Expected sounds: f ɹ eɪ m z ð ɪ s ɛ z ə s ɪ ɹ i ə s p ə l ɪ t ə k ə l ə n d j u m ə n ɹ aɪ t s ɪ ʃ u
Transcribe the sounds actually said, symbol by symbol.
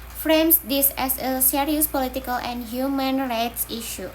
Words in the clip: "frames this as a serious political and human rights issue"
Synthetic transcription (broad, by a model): f ɹ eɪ m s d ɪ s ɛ s ə s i ɹ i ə s p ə l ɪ t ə k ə l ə n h j u m ə n ɹ aɪ t s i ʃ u